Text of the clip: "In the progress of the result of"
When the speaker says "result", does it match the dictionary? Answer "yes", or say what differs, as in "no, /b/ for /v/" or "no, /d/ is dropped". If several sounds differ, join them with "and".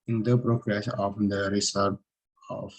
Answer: no, /s/ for /z/ and /l/ is dropped